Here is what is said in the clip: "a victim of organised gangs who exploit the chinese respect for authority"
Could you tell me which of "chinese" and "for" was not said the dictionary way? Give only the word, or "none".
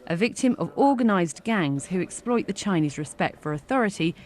none